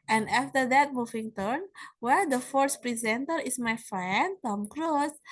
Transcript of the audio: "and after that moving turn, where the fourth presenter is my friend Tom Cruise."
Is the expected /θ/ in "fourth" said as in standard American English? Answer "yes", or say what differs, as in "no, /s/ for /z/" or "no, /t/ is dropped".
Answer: no, /s/ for /θ/